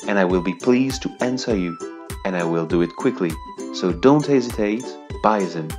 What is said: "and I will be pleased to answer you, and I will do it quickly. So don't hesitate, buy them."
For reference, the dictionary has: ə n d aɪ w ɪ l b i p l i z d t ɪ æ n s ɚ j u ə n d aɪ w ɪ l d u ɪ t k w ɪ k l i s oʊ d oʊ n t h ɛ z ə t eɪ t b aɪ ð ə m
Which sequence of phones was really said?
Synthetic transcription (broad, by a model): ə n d aɪ w ɪ l b i p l i z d t ɪ æ n s ɚ j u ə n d aɪ w ɪ l d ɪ ɪ t k w ɪ k l i s oʊ d oʊ n t h ɛ z ə t eɪ t b aɪ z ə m